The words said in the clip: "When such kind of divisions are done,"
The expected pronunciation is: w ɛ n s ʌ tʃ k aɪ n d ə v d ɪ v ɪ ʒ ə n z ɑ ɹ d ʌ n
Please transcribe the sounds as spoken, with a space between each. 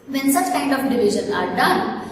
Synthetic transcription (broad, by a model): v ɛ n s ʌ tʃ k aɪ n d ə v d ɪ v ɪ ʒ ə n ɑ ɹ d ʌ n